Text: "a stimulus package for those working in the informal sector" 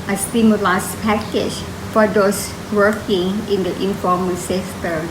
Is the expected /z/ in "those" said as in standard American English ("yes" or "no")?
no